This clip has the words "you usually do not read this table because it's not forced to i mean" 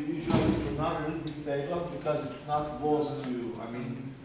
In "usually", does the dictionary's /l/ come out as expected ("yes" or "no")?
no